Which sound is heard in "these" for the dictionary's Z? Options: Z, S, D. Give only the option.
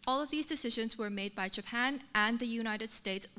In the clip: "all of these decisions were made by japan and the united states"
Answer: Z